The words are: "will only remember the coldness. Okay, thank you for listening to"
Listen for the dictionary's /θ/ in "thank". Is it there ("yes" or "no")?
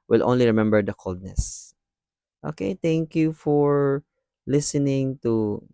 no